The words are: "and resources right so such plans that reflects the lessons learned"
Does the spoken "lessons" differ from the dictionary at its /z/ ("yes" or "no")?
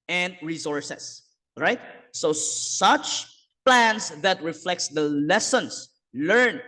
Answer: yes